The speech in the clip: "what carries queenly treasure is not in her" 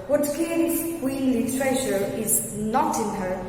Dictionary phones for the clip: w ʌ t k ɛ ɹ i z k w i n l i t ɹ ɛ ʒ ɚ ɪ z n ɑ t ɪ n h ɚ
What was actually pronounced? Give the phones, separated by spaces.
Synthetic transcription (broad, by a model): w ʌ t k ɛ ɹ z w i l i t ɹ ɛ ʃ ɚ ɪ z n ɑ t ɪ n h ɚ